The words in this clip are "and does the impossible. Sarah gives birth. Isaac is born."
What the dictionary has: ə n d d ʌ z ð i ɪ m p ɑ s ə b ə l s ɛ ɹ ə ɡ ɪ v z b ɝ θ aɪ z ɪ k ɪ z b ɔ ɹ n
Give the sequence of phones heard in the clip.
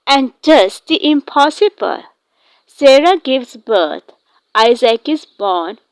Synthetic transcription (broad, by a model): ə n d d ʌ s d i ɪ m p ɑ s ə b ə l s ɛ ɹ ə ɡ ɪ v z b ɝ t aɪ z ɪ k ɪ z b ɔ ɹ n